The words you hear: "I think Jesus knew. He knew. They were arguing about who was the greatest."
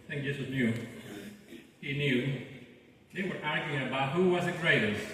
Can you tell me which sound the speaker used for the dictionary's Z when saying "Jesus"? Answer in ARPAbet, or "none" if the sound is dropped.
S